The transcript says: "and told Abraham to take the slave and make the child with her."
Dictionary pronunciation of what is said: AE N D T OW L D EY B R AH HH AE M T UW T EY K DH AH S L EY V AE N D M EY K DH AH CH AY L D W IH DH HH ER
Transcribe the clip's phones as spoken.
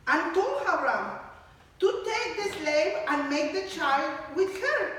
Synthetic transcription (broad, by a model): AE N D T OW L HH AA R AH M T UW T EY K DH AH S L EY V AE N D M EY K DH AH CH AY L D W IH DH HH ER